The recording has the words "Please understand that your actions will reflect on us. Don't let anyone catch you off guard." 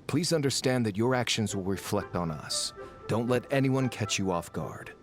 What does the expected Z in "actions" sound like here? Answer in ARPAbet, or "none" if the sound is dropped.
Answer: Z